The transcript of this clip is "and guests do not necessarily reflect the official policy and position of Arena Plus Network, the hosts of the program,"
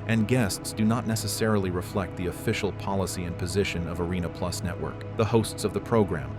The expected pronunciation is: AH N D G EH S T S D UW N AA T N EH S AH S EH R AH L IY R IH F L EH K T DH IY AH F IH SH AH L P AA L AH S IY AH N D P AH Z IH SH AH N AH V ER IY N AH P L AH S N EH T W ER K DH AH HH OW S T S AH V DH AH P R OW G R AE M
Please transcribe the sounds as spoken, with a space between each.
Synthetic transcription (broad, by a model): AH N G EH S T S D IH N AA T N EH S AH S EH R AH L IY R IH F L EH K T DH IY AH F IH SH L P AA L AH S IY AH N P AH Z IH SH AH N AH V ER IY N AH P L AH S N EH T W ER K DH AH HH OW S T S AH V DH AH P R OW G R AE M